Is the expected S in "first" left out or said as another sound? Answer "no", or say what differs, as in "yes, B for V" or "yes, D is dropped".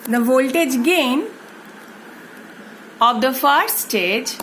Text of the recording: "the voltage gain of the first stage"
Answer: yes, S is dropped